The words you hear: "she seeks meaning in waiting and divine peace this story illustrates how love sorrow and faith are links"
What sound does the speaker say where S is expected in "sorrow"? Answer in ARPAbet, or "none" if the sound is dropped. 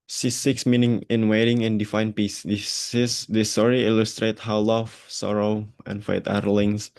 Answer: S